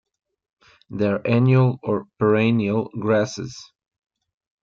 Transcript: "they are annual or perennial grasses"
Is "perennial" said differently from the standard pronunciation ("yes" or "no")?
no